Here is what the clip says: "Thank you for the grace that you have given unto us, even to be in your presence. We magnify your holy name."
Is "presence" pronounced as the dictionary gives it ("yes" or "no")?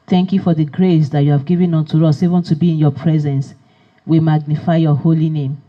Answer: yes